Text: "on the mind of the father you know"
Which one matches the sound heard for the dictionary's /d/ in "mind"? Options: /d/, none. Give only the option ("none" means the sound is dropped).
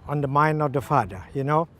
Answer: /d/